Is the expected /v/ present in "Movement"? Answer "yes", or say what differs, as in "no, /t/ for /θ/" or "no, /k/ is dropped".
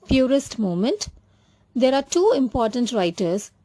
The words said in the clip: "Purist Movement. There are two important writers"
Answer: no, /v/ is dropped